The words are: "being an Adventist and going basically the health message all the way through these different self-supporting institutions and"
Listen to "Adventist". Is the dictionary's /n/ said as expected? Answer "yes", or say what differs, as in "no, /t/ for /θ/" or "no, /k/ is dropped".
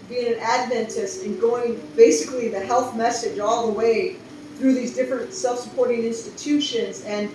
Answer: yes